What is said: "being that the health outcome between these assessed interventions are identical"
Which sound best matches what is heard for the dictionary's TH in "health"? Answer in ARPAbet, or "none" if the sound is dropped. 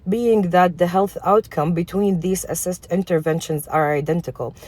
TH